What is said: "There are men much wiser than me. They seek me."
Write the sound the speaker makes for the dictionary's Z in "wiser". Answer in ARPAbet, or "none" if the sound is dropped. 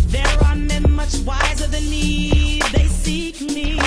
Z